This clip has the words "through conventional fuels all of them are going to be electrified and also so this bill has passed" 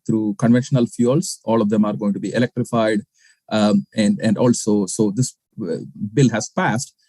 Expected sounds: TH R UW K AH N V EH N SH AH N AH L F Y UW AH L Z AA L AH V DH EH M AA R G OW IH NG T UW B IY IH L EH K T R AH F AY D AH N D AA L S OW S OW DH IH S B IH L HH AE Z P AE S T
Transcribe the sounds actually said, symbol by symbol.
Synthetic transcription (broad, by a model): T R UW K AH N V EH N SH AH N AH L F Y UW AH L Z AA L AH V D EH M AA R G OW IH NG T UW B IY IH L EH K T R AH F AY D AH N D AA L S OW S OW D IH S B IH L HH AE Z P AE S T